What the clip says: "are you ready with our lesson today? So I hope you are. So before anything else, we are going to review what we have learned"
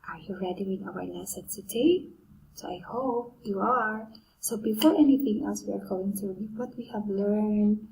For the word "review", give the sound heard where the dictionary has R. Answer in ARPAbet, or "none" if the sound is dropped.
W